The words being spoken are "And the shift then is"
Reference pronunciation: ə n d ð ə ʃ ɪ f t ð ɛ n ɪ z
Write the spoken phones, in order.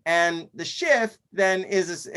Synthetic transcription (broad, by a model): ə n ð ə ʃ ɪ f t ð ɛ n ɪ z